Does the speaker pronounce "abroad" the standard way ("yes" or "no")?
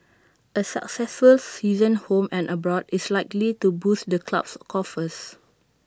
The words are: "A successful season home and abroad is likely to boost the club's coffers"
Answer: yes